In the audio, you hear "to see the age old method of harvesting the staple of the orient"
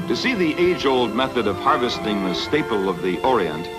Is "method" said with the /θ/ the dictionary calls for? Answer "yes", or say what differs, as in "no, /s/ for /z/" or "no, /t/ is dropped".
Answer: yes